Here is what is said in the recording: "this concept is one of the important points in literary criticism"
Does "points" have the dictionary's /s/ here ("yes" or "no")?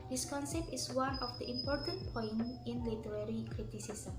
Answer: no